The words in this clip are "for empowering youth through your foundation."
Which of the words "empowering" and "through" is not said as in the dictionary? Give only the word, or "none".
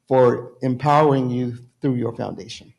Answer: none